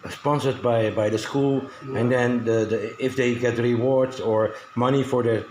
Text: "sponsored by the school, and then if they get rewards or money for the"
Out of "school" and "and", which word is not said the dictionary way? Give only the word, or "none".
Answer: none